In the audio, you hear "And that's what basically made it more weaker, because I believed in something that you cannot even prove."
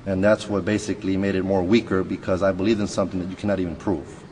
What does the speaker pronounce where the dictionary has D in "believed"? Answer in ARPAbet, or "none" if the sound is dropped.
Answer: none